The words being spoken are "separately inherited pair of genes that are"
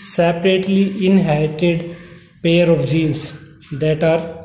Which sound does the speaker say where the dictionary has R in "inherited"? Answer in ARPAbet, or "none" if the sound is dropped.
none